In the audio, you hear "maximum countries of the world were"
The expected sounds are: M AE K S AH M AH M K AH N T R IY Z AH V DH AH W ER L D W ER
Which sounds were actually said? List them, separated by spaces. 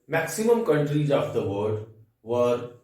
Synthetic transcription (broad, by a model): M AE K S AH M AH M K AH N T R IY Z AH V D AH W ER D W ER